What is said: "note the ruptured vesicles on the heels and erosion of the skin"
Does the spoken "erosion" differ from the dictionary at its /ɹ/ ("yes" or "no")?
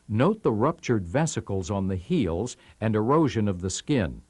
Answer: no